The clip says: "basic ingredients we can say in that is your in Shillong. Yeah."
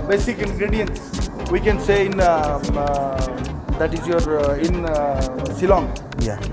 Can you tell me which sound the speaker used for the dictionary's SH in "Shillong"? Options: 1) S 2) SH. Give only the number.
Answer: 1